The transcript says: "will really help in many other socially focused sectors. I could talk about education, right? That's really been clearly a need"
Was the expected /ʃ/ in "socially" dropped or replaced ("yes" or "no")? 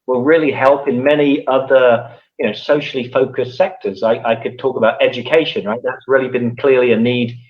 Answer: yes